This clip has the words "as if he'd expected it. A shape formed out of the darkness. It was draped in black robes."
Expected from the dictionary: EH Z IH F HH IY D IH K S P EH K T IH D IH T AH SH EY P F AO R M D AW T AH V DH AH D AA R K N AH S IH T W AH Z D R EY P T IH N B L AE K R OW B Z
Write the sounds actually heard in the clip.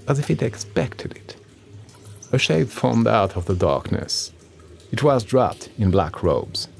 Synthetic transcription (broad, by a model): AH Z IH F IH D IH K S P EH K T IH D IH T AH SH EY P F AO R M D AW T AH V DH AH D AA R K N AH S IH T W AH Z D R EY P T IH N B L AE K R OW B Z